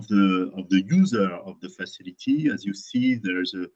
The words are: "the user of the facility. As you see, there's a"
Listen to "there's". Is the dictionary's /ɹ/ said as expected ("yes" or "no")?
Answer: yes